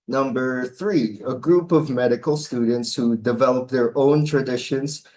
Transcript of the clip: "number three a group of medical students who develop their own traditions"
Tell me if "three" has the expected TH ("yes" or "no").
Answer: yes